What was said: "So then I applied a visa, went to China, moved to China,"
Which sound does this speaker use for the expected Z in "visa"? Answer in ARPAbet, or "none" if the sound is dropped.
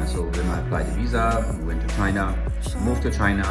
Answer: Z